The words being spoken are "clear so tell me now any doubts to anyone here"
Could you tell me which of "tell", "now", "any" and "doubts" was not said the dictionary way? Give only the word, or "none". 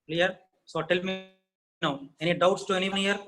none